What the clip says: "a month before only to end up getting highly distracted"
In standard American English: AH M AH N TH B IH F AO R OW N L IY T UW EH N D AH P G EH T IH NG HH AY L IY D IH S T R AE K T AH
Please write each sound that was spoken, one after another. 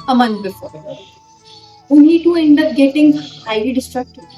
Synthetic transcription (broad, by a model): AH M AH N T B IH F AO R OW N IY T UW EH N D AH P G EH T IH NG HH AY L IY D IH S T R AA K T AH